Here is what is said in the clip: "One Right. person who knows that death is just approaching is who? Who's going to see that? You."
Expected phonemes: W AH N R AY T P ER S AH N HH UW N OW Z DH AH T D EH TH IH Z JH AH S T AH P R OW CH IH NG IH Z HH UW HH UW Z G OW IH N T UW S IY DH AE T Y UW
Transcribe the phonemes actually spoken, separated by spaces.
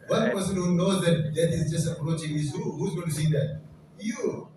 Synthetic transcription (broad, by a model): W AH N P ER S AH N HH UW N OW Z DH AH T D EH T IH Z JH AH S T AH P R OW CH IH NG IH Z HH UW HH UW Z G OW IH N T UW S IY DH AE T Y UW